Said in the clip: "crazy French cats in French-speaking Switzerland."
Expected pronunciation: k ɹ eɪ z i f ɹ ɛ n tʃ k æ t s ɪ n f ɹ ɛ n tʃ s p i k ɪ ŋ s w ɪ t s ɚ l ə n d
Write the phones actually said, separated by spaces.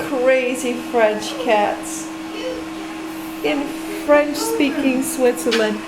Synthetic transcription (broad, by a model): k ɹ eɪ z i f ɹ ɛ n tʃ k æ t s ɪ n f ɹ ɛ n tʃ s p i k ɪ ŋ s w ɪ t s ɚ l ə n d